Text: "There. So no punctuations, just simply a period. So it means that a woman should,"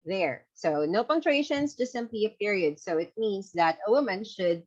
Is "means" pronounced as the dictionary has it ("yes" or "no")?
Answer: no